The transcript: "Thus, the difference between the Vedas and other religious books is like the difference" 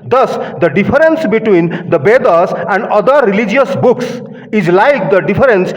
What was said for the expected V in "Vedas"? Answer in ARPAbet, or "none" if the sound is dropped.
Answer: B